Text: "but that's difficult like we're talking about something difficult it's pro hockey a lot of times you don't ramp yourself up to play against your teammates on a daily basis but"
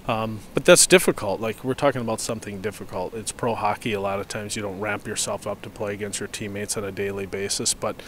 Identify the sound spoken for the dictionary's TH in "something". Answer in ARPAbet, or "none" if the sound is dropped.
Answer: TH